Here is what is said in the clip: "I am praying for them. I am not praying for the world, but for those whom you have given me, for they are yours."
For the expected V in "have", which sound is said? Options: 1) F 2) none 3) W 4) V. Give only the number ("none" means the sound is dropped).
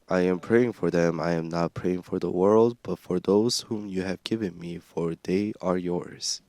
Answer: 4